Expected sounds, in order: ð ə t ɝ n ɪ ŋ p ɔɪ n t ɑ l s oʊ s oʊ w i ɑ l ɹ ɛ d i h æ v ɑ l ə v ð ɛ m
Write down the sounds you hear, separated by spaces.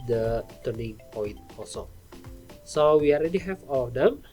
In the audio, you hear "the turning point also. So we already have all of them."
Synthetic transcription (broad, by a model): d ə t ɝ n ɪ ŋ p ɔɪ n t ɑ s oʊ s oʊ w i ɑ l ɹ ɛ d i h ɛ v ɑ l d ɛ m